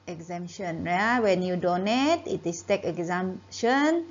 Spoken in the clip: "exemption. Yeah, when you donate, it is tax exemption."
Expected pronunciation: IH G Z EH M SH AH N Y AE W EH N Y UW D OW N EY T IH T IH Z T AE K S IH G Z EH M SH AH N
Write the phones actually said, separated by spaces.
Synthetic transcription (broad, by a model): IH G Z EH M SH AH N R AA W EH N Y UW D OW N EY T IH T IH S T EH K IH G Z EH M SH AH N